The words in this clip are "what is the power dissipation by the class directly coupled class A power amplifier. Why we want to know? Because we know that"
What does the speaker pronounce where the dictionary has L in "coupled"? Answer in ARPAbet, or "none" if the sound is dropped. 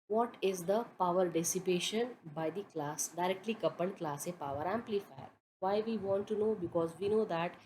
N